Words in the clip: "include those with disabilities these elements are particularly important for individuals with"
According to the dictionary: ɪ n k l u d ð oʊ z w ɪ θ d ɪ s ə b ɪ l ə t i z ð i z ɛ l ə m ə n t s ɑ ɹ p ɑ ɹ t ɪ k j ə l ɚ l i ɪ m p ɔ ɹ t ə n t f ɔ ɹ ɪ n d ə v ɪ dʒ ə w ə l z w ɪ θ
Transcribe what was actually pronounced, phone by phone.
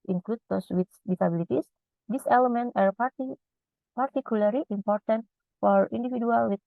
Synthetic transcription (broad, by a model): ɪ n k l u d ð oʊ s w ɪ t d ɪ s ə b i l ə t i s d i s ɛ l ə m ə n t ɑ ɹ p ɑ ɹ t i k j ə l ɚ l i ɪ m p ɔ ɹ t ə n t f ɔ ɹ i n d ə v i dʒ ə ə l w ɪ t